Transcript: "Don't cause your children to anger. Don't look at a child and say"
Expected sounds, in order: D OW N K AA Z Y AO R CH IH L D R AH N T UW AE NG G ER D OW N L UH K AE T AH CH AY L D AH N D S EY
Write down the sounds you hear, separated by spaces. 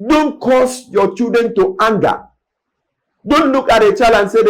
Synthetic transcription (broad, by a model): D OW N K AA S Y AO CH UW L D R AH N T UW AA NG G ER D OW N L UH K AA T AH CH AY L AH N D S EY